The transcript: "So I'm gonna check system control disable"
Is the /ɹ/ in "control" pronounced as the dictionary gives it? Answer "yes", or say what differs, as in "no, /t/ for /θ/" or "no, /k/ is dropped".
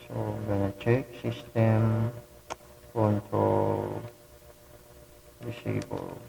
no, /ɹ/ is dropped